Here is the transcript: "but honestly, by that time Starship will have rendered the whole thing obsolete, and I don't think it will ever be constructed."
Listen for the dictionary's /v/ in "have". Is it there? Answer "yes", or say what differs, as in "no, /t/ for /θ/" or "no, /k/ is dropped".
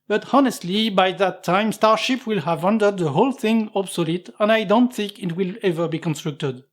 yes